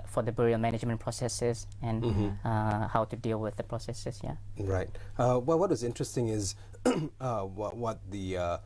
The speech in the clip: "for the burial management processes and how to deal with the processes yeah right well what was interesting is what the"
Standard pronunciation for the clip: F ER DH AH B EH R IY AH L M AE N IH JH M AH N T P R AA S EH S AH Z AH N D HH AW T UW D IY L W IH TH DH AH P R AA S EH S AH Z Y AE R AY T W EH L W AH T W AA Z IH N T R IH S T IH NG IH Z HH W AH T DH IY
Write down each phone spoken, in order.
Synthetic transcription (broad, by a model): F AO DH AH B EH R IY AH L M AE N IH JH M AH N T P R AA S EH S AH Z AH N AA HH AW T UW D IY L W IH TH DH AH P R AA S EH S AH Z Y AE R AY T W EH L W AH T W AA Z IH N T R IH S T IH NG IH Z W W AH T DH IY